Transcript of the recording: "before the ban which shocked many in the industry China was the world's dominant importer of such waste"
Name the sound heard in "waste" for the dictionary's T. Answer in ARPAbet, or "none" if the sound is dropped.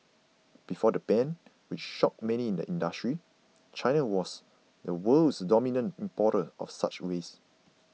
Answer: none